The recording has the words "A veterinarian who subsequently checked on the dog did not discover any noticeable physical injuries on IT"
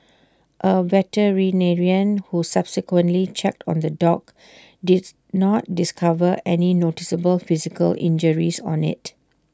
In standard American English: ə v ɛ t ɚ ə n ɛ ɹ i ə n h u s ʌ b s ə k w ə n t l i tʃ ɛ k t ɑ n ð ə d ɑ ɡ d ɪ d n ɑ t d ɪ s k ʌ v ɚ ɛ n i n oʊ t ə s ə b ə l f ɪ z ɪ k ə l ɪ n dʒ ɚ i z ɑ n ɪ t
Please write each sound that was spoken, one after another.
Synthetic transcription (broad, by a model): ə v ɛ t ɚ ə n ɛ ɹ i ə n h u s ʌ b s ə k w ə n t l i tʃ ɛ k t ɑ n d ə d ɑ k d ɪ d n ɑ t d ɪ s k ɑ v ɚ ɛ n i n oʊ t ə s ə b ə l f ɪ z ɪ k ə l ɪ n dʒ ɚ i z ɑ n ɪ t